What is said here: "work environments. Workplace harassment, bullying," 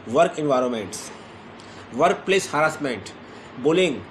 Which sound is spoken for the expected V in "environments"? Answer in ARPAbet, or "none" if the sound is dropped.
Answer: V